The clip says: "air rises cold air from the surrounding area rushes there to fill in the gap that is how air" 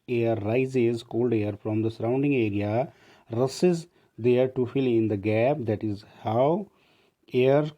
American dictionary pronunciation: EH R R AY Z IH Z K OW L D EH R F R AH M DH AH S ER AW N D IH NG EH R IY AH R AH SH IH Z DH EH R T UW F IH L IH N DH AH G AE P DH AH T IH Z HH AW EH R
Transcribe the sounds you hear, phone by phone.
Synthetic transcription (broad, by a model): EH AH R AY Z IH Z K OW L D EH R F R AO M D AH S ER AW N D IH NG EH R IY AH R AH S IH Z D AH R T UW F IH L IH N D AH G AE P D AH T IH Z HH AW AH R